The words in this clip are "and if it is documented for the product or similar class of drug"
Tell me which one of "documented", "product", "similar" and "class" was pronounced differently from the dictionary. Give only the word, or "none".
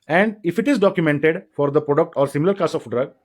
class